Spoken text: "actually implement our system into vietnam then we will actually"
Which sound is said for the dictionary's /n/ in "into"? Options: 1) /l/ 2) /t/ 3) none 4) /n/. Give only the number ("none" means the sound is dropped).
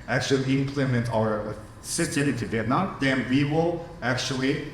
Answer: 3